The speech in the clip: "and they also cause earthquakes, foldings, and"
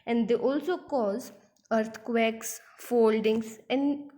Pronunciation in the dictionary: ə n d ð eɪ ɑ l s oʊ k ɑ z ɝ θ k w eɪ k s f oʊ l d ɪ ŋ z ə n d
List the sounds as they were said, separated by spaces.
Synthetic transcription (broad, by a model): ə n d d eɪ ɑ l s oʊ k ɑ z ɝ t k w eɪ k s f oʊ l d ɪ ŋ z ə n d